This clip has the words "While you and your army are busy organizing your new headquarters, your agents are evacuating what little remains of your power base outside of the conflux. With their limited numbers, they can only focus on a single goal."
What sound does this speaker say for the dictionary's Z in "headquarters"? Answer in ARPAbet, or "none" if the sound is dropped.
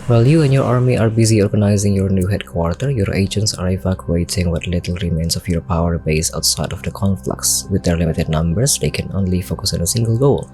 none